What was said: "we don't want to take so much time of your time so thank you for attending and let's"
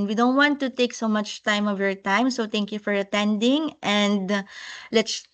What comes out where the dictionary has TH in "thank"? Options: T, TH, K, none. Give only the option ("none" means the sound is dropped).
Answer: T